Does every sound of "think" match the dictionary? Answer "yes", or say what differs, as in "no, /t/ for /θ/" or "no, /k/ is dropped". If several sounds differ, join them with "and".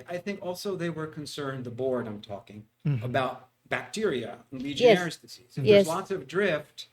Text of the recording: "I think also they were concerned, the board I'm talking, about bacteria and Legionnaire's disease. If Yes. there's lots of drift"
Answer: yes